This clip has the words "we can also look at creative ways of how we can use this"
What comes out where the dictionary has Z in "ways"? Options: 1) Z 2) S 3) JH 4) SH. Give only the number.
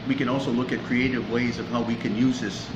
1